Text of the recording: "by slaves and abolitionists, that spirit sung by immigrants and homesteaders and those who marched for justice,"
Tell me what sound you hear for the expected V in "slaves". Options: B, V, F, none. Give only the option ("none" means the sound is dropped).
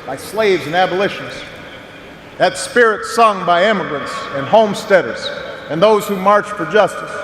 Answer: V